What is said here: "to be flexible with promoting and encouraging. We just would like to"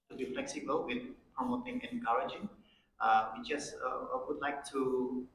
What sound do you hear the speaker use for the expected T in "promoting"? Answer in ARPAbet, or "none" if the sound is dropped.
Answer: T